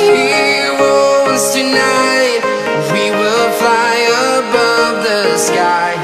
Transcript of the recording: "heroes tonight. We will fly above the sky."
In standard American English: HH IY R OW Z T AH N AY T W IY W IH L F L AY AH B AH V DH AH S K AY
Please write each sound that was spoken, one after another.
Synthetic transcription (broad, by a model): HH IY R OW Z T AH N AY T W IY W IH L F L AY AH B AH V DH AH S K AY